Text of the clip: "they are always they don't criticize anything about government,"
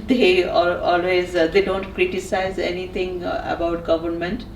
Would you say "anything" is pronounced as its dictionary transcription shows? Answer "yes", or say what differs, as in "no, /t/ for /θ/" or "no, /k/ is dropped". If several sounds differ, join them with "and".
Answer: no, /t/ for /θ/